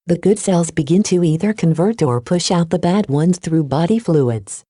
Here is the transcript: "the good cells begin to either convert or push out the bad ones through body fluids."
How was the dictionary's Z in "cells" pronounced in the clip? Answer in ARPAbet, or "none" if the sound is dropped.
Z